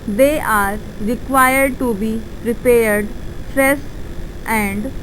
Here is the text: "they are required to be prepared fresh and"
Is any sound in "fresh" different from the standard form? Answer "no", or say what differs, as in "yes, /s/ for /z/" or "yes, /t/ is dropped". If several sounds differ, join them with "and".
yes, /s/ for /ʃ/